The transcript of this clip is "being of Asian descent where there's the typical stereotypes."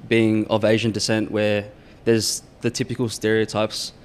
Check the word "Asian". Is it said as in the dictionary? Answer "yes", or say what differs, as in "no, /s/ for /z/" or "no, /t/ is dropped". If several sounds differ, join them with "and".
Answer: yes